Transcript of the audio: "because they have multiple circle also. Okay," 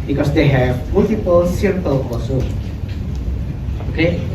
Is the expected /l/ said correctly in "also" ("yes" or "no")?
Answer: no